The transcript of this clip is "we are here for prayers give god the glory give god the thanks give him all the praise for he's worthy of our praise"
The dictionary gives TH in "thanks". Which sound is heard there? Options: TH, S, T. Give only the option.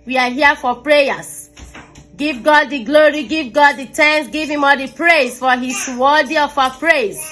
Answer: T